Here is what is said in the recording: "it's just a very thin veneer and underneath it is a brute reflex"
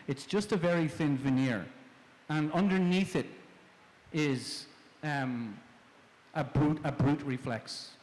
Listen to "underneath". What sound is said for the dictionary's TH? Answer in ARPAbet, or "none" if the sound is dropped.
TH